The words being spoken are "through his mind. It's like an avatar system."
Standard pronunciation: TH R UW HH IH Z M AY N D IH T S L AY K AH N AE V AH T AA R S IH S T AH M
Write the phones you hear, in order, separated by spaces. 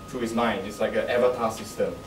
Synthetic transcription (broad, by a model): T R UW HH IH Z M AY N IH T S L AY K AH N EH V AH T AA S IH S T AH M